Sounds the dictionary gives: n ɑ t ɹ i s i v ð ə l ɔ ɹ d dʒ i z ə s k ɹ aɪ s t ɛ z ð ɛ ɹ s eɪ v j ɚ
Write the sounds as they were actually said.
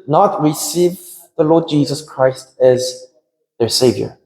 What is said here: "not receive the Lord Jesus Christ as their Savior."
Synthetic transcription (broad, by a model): n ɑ t ɹ i s i v ð ə l ɔ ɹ d dʒ i z ə s k ɹ aɪ s t ɛ z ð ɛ ɹ s eɪ v j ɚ